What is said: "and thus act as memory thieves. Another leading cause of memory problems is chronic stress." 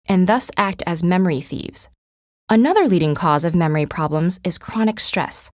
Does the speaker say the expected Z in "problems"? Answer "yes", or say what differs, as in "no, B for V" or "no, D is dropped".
yes